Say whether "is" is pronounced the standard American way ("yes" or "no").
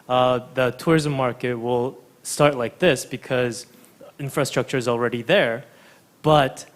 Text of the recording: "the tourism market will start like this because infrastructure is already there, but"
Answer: yes